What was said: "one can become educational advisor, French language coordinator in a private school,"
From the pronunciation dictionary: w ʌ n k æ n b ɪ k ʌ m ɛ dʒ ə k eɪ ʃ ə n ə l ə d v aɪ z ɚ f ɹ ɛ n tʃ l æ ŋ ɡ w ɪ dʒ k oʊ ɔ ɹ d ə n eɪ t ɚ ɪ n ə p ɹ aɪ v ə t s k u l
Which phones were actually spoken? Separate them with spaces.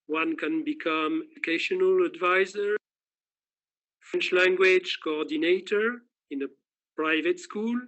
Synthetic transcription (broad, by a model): w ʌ n k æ n b ɪ k ʌ m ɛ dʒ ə k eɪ ʃ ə n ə l ə d v aɪ z ɚ f ɹ ɛ n tʃ l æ ŋ ɡ w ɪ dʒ k oʊ ɔ ɹ d ə n eɪ t ɚ ɪ n ə p ɹ aɪ v ə t s k u l